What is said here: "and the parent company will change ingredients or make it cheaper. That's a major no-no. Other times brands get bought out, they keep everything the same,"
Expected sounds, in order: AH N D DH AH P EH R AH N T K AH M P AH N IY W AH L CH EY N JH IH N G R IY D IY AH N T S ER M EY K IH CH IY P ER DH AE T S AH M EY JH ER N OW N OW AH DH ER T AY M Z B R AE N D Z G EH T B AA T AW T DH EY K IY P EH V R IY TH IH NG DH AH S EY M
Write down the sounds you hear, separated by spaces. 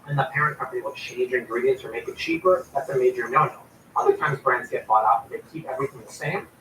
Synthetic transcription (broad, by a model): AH N DH AH P EH R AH N K AH M P AH N IY W AH L CH EY N JH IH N G R IY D IY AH N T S ER M EY K IH CH IY P ER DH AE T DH AH M EY JH ER N OW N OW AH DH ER T AY M Z B R AE N D Z G EH T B AA T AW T DH EY K IY P EH V R IY TH IH NG DH AH S EY M